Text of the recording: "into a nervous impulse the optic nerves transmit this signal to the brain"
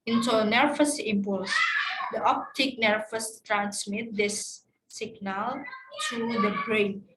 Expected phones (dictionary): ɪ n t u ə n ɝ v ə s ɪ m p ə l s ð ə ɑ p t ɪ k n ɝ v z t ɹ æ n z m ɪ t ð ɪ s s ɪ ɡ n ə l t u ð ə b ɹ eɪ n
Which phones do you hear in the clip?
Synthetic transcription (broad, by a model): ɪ n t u n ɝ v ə s ɪ m p ə l s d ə ɑ p t ɪ k n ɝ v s t ɹ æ n s m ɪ t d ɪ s s ɪ ɡ n ə l t u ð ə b ɹ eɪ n